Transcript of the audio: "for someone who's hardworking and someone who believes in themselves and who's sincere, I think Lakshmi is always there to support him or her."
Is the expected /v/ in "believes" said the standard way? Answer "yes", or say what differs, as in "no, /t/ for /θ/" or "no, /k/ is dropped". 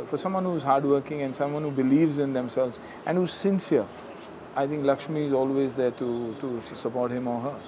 yes